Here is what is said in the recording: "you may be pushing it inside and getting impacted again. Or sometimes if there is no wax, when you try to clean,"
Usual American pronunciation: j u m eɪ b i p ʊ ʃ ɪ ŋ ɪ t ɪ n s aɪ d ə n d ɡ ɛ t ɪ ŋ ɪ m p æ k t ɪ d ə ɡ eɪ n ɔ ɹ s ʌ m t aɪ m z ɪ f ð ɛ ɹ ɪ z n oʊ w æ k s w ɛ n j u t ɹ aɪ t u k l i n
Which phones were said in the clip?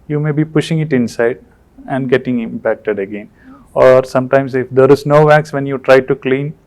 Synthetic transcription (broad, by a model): j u m eɪ b i p ʊ ʃ ɪ ŋ ɪ t ɪ n s aɪ d ə n d ɡ ɛ t ɪ ŋ ɪ m p æ k t ɪ d ə ɡ eɪ n ɔ ɹ s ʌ m t aɪ m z ɪ f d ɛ ɹ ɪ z n oʊ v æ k s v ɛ n j u t ɹ aɪ t u k l i n